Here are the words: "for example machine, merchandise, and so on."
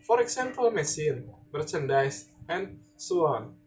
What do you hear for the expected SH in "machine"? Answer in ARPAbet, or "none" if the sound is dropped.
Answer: S